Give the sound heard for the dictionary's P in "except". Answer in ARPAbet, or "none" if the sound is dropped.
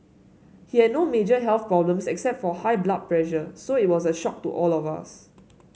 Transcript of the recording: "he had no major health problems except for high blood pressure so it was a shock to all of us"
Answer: P